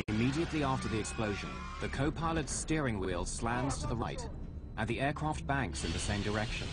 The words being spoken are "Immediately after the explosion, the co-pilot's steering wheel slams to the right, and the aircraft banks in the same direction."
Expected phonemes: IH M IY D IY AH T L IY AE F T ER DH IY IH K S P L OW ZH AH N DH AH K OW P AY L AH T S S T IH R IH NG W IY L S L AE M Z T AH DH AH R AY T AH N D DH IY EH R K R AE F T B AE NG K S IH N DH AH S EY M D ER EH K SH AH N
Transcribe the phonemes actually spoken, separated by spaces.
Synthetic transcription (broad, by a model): IH M IY D IY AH T L IY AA F T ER DH IY IH K S P L OW ZH AH N DH AH K OW P AY L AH T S S T IH R IH NG W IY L S L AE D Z T AH DH AH R AY T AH N DH IY EH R K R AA F T B AE NG K S IH N DH AH S EY M D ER EH K SH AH N